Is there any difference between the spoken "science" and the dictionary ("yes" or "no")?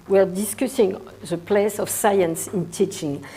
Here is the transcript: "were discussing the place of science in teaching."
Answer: no